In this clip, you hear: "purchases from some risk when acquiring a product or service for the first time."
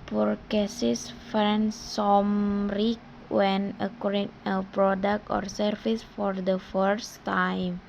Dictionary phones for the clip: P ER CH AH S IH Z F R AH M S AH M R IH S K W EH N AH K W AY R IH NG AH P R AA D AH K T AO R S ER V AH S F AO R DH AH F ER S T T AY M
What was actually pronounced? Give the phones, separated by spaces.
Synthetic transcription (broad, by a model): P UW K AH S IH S F R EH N S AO M R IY K W EH N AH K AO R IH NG AH P R AA D AH K T AO R S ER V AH S F AO R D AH F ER S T T AY M